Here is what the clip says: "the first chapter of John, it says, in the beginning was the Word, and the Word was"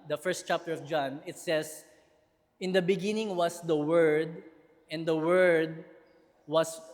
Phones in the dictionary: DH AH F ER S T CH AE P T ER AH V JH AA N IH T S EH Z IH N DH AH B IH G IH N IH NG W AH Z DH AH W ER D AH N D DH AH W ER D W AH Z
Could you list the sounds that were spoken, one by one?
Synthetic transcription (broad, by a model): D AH F ER S T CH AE P T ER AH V JH AA N IH T S EH S IH N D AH B IH G IH N IH NG W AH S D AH W ER D AH N D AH W ER D W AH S